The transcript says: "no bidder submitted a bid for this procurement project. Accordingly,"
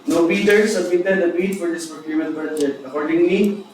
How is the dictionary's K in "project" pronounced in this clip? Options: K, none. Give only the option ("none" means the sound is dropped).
none